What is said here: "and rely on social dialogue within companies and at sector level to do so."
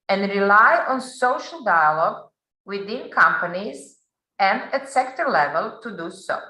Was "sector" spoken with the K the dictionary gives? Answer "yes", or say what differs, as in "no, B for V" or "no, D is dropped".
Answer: yes